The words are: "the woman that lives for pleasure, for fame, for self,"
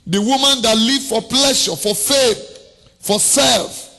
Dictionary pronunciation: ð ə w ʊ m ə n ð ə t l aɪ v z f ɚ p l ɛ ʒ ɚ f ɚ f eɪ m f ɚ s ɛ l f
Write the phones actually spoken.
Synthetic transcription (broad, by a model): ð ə w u m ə n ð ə t l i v f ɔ p l ɛ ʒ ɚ f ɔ f eɪ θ f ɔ s ɛ l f